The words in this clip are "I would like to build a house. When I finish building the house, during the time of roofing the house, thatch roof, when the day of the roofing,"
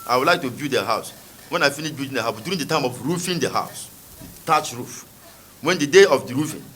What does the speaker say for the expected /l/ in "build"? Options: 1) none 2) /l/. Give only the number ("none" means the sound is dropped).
1